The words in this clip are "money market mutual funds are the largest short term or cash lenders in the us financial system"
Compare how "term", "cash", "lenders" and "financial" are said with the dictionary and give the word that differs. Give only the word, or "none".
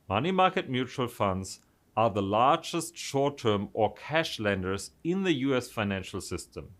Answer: none